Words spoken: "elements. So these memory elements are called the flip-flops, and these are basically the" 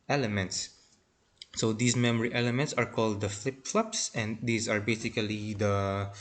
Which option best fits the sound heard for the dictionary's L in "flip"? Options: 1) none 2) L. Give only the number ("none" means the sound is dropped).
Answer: 2